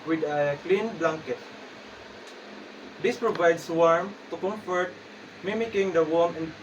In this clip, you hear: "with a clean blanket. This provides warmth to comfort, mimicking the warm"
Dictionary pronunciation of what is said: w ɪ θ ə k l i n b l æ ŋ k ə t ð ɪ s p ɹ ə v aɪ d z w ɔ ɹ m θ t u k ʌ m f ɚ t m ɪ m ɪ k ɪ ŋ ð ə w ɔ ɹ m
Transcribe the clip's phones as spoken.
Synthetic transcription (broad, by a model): w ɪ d ə k l i n b l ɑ ŋ k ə t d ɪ s p ɹ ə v aɪ d s w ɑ ɹ m t u k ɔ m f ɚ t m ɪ m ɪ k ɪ ŋ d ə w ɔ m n